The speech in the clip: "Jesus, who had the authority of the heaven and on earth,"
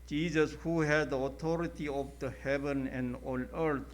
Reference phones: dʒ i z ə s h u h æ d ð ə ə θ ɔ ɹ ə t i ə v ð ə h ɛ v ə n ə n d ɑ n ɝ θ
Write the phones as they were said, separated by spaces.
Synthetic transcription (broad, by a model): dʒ i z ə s h u h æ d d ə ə t ɔ ɹ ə t i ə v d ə h ɛ v ə n ə n d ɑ l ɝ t